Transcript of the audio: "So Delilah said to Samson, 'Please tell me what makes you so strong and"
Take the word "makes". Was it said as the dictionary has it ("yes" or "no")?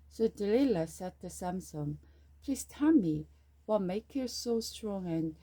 no